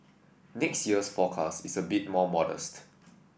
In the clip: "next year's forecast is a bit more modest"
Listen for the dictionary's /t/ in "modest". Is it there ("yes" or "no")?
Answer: yes